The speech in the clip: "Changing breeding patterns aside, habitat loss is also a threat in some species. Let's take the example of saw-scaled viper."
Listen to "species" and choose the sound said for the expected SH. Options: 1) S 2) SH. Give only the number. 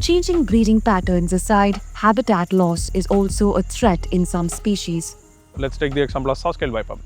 2